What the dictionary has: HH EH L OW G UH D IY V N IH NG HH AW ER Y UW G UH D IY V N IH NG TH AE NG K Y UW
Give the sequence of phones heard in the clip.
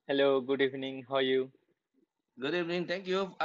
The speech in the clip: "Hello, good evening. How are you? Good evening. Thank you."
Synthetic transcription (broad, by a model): HH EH L OW G UH D IY V N IH NG HH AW Y UW G UH D IY V N IH NG T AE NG K Y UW